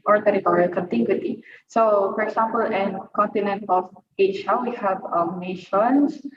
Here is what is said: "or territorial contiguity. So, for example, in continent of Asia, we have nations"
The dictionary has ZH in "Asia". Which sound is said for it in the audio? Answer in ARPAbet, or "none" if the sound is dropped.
SH